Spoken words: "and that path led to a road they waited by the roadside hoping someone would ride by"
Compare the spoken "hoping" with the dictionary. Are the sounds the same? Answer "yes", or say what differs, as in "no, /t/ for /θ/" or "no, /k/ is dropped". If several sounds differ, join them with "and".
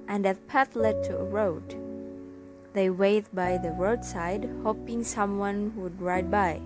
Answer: yes